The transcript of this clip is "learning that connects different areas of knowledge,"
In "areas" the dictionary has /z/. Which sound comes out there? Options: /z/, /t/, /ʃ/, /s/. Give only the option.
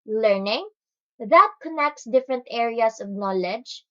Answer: /s/